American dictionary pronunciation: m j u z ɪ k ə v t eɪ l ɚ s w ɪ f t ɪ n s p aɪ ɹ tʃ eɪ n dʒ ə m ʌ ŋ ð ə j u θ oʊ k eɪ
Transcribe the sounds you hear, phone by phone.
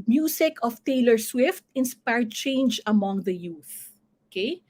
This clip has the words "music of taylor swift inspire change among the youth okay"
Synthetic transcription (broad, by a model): m j u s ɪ k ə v t eɪ l ɚ s w ɪ f t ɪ n s p aɪ ɹ tʃ eɪ n dʒ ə m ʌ ŋ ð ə j u θ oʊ k eɪ